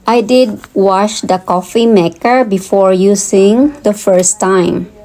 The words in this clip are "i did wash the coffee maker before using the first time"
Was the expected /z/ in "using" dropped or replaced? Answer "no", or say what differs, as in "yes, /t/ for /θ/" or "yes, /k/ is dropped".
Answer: yes, /s/ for /z/